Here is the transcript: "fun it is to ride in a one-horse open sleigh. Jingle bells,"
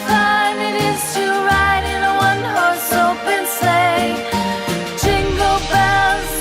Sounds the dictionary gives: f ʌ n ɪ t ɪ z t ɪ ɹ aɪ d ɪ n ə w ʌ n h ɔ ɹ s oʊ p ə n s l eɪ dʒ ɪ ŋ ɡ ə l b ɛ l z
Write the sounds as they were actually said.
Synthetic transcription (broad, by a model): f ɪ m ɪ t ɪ s t ɪ ɹ aɪ d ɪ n ə w ʌ n h ɔ ɹ s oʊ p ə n s eɪ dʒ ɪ ŋ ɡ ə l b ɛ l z